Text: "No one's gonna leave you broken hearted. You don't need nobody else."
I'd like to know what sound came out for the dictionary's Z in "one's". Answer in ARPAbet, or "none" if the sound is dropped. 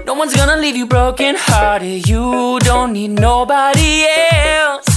Z